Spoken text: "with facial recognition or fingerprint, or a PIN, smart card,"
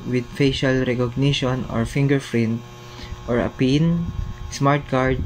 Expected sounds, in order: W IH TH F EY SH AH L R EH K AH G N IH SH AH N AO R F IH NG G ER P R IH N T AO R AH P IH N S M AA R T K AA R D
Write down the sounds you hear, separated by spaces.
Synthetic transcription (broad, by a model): W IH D F EY SH AH L R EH K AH G N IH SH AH N AO R F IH NG G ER F R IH N T AO R AH P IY N S M AA R T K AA R D